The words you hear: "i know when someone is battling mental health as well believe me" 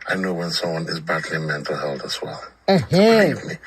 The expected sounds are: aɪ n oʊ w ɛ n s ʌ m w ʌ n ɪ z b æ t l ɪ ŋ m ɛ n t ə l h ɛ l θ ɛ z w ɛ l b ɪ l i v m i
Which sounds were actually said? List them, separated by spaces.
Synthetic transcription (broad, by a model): aɪ n oʊ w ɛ n s ʌ m w ʌ n ɪ z b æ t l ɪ m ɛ n t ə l h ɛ l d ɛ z w ɛ l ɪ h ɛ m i